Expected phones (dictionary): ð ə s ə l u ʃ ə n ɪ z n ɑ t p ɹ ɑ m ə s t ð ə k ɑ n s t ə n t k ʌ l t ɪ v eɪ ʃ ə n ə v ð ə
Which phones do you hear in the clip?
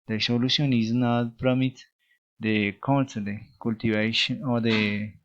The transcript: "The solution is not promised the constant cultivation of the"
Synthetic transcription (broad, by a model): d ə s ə l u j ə n ɪ z n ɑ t p ɹ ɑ m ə t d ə k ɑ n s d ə k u l t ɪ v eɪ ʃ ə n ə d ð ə